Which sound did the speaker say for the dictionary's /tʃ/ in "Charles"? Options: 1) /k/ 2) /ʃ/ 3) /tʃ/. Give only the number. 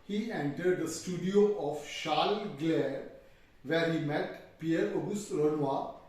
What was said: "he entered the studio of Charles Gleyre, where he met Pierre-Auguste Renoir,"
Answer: 2